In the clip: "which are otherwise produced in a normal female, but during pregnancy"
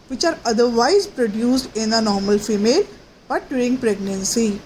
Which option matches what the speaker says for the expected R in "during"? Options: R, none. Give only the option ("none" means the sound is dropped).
none